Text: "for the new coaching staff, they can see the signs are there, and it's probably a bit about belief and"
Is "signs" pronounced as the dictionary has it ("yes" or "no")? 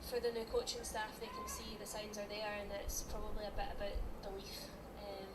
yes